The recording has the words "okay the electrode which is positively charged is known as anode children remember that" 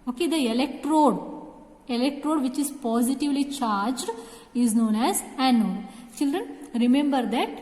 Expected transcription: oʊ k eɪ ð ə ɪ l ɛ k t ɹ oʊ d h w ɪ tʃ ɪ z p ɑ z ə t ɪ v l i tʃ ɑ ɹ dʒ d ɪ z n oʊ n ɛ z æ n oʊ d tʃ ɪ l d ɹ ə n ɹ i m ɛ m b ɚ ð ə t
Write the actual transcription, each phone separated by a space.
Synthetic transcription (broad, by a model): oʊ k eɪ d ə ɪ l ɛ k t ɹ oʊ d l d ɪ tʃ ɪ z p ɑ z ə t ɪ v l i tʃ ɑ ɹ dʒ d ɪ z n oʊ n ɛ z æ n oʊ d tʃ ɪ l d ɹ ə n ɹ i m ɛ m b ɚ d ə t